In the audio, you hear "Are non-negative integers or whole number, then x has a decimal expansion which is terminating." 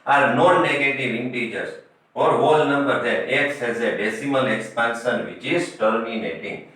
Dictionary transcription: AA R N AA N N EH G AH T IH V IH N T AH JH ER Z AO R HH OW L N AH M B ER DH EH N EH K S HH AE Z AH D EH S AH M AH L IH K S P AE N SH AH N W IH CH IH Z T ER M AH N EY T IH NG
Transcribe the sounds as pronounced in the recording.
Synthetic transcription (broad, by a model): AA R N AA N N EH G AH T IH V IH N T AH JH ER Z AO R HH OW L N AH M B ER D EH EH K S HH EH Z AH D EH S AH M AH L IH K S P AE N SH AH N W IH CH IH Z T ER M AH N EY T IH NG